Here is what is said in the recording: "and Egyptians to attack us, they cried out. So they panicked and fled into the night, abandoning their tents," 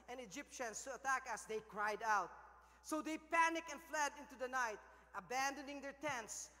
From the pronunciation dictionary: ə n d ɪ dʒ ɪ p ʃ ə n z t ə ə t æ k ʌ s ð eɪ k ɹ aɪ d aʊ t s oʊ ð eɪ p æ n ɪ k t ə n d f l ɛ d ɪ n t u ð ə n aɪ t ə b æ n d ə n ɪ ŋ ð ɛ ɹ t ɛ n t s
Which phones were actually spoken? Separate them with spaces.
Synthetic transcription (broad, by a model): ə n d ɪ dʒ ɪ p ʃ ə n s t ə ə t æ k ʌ s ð eɪ k ɹ aɪ d aʊ t s oʊ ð eɪ p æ n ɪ k ə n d f l ɛ d ɪ n t u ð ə n aɪ t ə b æ n d ə n ɪ ŋ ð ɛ ɹ t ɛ n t s